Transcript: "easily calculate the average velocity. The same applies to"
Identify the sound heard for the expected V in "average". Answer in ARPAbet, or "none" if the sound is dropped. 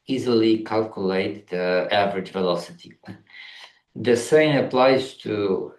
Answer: V